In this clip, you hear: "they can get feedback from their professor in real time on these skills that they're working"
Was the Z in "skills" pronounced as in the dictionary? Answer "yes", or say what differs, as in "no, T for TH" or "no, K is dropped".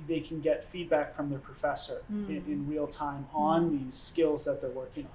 yes